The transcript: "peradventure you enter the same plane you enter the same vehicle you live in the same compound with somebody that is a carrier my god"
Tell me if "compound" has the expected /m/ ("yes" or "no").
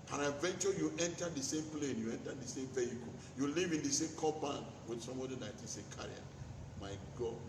no